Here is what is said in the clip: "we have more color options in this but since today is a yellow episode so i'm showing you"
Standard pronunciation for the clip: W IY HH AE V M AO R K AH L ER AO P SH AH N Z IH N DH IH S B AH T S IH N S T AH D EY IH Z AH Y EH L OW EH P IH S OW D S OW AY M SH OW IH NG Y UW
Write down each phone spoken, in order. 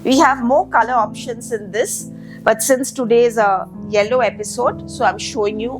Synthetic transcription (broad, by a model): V IY HH AE V M AO R K AH L ER AO P SH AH N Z IH N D IH S B AH T S IH N S T AH D EY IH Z AH Y EH L OW EH P IH S OW D S OW AY M SH OW IH NG Y UW